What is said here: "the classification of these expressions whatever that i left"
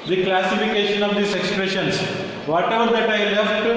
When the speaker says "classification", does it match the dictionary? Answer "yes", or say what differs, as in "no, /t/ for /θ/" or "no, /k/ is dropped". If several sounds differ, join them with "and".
yes